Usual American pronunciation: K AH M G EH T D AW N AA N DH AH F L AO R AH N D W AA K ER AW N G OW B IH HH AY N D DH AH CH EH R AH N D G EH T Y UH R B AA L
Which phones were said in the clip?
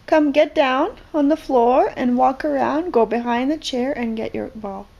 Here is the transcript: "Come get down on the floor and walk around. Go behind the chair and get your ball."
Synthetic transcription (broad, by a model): K AH M G EH T D AW N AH N DH AH F L AO R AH N W AA K ER AW N G OW B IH HH AY N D DH AH CH EH R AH N G EH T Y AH R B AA L